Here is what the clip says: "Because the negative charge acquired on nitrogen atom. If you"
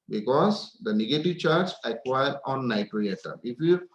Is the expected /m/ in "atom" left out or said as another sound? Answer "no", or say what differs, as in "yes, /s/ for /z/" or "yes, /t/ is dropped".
yes, /m/ is dropped